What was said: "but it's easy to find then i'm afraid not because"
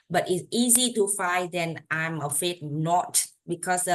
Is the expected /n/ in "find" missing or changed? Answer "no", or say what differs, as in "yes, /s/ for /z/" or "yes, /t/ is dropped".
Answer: yes, /n/ is dropped